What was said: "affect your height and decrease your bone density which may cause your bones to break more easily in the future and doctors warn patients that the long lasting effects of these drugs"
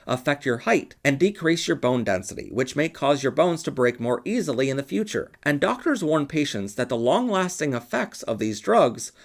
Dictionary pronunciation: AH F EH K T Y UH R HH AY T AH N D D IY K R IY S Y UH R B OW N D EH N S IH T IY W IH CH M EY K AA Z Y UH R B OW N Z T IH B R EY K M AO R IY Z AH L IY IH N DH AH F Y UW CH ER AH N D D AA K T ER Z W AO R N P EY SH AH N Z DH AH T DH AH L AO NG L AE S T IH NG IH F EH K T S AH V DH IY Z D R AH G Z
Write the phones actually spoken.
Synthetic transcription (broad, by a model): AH F EH K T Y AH R HH AY T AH N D D IY K R IY S Y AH R B OW N D EH N S IH T IY W IH CH M EY K AA Z Y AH R B OW N Z T IH B R EY K M AO R IY Z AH L IY IH N DH AH F Y UW CH ER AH N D D AA K T ER Z W AO R N P EY SH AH N S DH AH T DH AH L AO NG L AE S T IH NG IH F EH K T S AH V DH IY Z D R AH G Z